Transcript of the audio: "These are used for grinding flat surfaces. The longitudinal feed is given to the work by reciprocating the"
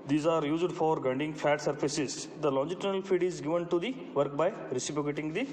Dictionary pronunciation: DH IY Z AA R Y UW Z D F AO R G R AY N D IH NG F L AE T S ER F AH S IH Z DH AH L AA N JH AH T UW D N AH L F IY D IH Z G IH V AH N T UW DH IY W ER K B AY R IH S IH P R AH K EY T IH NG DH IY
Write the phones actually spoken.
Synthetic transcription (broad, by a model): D IY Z AA R Y UW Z D F AO R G AY N D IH NG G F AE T S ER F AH S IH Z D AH L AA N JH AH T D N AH L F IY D IH Z G IH V AH N T UW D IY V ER K B AY R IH S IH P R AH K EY T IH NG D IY